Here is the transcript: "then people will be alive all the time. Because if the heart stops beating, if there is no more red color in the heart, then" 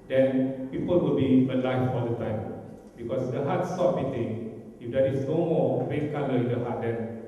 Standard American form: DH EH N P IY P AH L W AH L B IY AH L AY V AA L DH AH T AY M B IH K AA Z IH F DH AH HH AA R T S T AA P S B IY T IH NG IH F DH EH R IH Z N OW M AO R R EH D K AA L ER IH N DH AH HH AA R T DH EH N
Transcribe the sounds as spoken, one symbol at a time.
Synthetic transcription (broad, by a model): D EH N P IY P AH L W AH L B IY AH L AY F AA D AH T AY M B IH K AA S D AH HH AA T S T AA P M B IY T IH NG IH F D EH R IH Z N OW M AO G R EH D K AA L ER IH N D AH HH AA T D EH N